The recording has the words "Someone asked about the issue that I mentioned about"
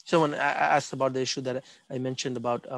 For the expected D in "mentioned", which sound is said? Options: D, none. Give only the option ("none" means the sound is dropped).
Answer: D